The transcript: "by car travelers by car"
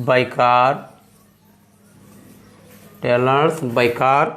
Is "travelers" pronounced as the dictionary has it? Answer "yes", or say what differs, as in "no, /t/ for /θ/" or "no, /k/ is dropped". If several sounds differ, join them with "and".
no, /ɹ/ is dropped and /v/ is dropped and /s/ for /z/